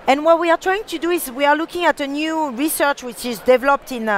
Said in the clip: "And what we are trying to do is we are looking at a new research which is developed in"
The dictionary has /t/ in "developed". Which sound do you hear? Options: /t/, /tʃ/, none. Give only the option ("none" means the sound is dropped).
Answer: /t/